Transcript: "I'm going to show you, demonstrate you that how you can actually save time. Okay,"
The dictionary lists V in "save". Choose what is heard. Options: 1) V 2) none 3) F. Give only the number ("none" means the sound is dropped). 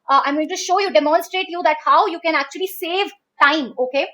1